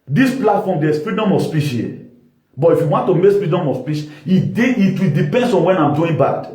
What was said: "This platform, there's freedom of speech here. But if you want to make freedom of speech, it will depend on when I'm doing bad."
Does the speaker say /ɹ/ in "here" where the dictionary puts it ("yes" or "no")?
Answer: no